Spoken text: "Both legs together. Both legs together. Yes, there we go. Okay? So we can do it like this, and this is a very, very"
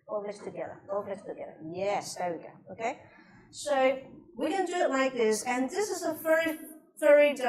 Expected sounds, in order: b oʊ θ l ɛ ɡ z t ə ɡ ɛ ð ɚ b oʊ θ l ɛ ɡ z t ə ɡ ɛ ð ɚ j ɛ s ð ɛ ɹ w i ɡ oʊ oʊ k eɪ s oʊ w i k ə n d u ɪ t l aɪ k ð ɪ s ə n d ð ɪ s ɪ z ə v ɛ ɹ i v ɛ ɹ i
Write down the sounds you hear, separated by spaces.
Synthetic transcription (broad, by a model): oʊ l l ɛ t t ə ɡ ɛ ð ɚ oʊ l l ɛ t t ə ɡ ɛ ð ɚ j ɛ s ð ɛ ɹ w i ɡ oʊ oʊ k eɪ s oʊ w i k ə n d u ɪ t l aɪ k ð ɪ s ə n ð ɪ s ɪ z ə f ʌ ɹ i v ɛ ɹ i